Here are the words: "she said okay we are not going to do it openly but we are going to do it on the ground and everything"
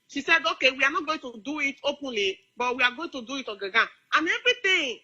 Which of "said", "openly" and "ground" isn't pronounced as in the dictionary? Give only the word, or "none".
ground